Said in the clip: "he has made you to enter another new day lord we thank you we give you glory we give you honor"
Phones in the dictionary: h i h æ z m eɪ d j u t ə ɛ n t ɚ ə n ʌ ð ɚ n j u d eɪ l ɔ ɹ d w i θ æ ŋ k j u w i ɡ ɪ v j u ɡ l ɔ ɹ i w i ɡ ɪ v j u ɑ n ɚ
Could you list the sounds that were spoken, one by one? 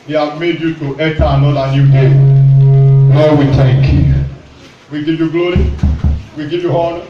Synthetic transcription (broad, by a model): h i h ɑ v m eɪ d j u t ə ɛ t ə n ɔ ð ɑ n j u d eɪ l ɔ w i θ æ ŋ k j u w i ɡ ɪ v j u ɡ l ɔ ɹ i w i ɡ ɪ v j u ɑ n